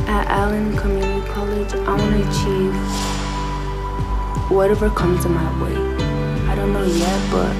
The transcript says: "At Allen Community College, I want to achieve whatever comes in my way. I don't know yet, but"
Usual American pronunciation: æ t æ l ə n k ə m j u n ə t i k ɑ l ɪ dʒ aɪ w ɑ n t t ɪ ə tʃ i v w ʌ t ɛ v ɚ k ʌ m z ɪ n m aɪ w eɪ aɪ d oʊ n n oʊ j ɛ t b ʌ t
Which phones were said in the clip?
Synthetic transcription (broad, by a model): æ t æ l ə n k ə m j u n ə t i k ɑ l ɪ dʒ aɪ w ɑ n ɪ ə tʃ i v w ʌ t ɛ v ɚ k ʌ m z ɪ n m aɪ w eɪ aɪ d oʊ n n oʊ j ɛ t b ʌ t